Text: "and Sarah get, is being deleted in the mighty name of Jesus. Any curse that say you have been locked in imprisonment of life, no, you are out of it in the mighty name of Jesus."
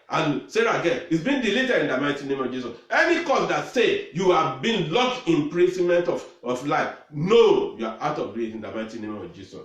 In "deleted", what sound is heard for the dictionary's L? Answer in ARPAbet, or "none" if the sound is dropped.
L